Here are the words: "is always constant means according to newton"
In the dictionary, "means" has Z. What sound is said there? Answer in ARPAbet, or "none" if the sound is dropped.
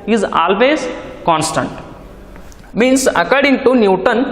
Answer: S